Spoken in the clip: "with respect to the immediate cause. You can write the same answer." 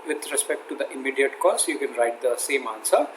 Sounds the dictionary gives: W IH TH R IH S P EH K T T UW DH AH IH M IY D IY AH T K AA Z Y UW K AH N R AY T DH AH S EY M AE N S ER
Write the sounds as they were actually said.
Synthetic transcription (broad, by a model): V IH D R IH S P EH K T T UW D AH IH M IY D IY AH T K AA S Y UW K AH N R AY T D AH S EY M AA N S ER